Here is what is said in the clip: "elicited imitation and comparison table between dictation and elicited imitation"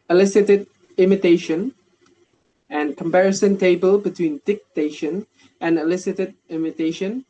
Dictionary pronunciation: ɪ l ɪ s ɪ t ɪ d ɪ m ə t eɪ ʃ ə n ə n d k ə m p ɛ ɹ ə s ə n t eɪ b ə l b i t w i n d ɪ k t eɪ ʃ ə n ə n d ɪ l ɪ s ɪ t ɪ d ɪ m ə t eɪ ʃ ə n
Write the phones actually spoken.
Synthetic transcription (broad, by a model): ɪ l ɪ s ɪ t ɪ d ɪ m ə t eɪ ʃ ə n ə n k ə m p ɛ ɹ ə s ə n t eɪ b ə l b i t w i n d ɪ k t eɪ ʃ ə n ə n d ɪ l ɪ s ɪ t ɪ d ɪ m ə t eɪ ʃ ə n